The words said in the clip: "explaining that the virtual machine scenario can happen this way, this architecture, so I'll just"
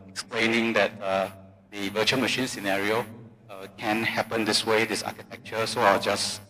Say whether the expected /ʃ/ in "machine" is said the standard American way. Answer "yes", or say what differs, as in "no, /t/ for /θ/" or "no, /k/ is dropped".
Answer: yes